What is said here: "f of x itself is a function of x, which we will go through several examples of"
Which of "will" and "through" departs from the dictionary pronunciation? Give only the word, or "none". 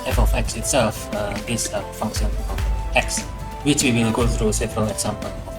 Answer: will